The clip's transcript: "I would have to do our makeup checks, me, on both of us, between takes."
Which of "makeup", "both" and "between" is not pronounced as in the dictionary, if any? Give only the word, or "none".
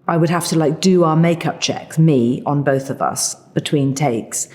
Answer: none